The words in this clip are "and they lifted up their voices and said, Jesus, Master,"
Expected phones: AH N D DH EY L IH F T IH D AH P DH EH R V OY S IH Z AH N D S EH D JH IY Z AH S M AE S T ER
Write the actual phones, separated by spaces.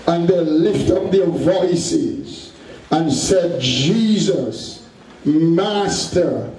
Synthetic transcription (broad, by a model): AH N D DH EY L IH F T AH P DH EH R V OY S IH Z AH N S EH D JH IY Z AH S M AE S T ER